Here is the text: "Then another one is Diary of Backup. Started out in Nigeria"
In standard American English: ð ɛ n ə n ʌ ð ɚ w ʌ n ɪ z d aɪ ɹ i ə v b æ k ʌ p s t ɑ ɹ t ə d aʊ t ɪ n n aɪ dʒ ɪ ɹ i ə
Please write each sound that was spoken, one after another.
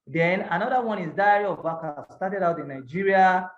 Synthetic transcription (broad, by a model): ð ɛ n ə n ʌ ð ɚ w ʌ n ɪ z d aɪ i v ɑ k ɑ s t ɑ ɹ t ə d aʊ t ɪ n n aɪ dʒ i ɹ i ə